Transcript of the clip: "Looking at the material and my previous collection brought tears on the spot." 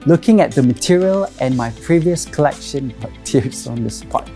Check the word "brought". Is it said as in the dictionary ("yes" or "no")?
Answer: no